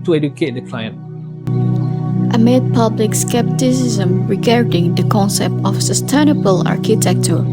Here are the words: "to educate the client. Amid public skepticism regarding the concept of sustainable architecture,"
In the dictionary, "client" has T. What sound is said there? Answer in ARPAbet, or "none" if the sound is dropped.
T